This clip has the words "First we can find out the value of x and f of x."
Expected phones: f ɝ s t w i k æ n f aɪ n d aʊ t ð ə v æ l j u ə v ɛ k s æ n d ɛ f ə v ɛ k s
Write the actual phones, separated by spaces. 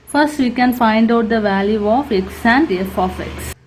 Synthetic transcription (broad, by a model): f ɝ s t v i k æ n f aɪ n d aʊ t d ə v æ l j u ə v ɛ k s æ n d ɛ f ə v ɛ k s